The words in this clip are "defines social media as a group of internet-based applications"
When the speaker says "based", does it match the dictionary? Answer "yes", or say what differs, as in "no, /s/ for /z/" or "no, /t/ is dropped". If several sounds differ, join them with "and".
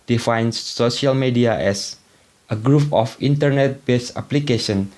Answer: no, /t/ is dropped